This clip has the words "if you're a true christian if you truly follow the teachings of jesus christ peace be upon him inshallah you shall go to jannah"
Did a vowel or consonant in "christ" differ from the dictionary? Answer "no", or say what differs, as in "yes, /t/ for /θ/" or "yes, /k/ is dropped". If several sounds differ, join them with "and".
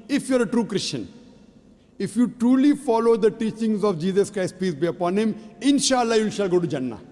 no